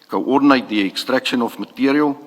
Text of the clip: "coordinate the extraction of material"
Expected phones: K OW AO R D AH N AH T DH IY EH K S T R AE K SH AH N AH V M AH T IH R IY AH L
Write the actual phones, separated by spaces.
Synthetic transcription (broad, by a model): K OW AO R D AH N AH T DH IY EH K S T R AE K SH AH N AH F M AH T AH R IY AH L